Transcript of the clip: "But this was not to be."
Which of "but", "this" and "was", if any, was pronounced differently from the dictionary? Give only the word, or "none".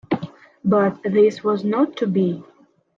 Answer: none